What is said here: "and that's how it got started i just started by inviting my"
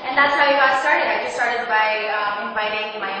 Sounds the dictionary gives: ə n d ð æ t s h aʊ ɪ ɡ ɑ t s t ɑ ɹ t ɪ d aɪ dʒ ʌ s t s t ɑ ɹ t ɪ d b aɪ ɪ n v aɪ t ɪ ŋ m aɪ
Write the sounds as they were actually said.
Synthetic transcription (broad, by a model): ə n ð æ t s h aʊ ɪ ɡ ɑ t s t ɑ ɹ t ɪ d aɪ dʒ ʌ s s t ɑ ɹ t ɪ d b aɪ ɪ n b aɪ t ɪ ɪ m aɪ